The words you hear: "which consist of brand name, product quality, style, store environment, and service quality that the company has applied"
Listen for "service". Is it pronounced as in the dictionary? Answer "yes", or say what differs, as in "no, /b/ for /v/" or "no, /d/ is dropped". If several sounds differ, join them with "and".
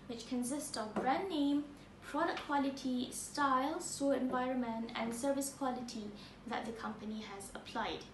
yes